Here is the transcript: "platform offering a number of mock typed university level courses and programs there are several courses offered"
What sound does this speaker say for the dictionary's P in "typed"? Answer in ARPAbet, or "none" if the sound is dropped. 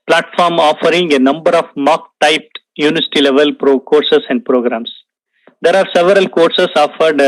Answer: P